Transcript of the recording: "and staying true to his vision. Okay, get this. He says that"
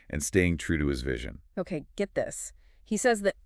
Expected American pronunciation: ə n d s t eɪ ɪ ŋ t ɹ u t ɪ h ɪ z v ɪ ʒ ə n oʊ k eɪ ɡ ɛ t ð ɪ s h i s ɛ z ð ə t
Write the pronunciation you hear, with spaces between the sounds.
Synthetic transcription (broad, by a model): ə n s t eɪ ɪ ŋ t ɹ u t ɪ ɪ z v ɪ ʒ ə n oʊ k eɪ ɡ ɛ t ð ɪ s h i s ɛ z ð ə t